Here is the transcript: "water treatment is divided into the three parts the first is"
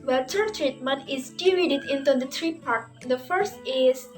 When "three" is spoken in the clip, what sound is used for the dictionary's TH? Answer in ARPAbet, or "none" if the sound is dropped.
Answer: T